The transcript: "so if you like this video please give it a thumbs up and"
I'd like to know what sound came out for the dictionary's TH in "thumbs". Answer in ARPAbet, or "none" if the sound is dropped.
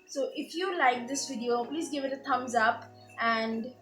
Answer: T